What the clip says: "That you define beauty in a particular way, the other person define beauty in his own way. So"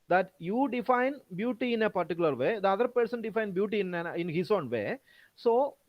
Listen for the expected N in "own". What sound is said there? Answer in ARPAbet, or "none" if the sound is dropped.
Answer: N